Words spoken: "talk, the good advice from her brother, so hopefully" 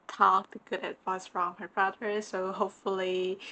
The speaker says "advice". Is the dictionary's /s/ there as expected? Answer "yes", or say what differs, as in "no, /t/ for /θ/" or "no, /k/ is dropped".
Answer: yes